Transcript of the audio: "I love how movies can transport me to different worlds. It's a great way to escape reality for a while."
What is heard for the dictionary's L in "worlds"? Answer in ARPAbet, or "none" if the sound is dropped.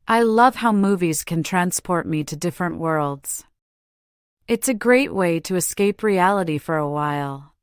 L